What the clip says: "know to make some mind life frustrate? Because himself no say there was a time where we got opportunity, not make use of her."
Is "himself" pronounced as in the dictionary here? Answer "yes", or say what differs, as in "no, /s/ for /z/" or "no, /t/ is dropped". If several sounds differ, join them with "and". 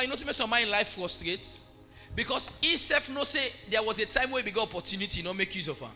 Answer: no, /m/ is dropped and /l/ is dropped